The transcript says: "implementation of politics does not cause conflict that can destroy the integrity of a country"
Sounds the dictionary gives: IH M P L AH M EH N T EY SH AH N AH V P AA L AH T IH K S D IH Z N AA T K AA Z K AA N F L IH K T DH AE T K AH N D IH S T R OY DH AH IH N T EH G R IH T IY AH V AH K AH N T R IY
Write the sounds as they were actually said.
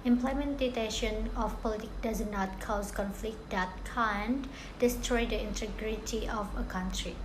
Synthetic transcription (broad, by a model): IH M P L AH M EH N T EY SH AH N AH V P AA L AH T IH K D IH Z N AA T K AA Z K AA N F L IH K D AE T K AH N D IH S T R OY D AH IH N T EH G R IH T IY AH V AH K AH N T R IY